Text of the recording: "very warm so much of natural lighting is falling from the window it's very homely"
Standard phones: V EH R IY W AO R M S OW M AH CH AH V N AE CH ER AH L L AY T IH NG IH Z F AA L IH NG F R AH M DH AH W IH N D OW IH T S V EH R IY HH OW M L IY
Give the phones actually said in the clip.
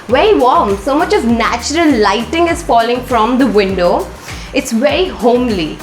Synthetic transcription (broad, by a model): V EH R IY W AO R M S OW M AH CH AH V N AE CH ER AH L L AY T IH NG IH Z F AA L IH NG F R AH M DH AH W IH N D OW IH T S V EH R IY HH OW M L IY